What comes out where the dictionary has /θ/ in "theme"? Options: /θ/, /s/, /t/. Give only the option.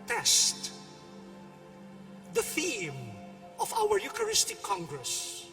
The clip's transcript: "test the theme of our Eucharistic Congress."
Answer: /θ/